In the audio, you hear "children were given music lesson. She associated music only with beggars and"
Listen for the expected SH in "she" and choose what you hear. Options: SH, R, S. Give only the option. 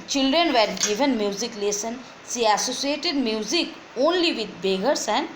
S